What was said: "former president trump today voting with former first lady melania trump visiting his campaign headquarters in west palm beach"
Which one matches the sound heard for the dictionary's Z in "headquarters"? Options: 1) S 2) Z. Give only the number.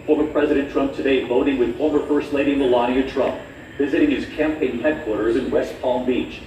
2